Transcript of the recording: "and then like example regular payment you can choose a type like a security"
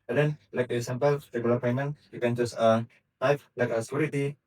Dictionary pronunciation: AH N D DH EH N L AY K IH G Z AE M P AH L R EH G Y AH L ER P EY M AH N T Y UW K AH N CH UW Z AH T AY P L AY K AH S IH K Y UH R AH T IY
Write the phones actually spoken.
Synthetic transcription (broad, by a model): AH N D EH N L AY K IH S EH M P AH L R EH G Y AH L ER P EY M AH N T Y UW K AH N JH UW S AH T AY F L AY K AH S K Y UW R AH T IY